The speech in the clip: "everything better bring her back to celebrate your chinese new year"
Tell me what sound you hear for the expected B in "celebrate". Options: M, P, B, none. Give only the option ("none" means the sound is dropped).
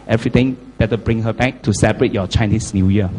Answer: none